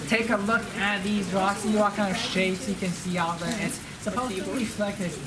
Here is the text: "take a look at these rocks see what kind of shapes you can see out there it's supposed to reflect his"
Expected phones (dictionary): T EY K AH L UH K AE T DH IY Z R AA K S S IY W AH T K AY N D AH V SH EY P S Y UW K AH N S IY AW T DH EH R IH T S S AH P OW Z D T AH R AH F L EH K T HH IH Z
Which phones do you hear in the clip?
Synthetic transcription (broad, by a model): T EY K AH L UH K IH T DH IY Z R AA K S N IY W AH T K AY N D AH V SH EY P S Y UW K AH N S IY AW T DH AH IH T S S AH P OW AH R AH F L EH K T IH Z